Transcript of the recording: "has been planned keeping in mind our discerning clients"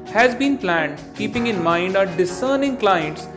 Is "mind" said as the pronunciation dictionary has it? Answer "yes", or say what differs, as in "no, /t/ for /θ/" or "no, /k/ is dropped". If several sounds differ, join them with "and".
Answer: yes